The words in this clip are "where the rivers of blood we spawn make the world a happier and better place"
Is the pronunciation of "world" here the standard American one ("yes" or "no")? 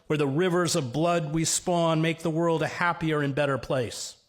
yes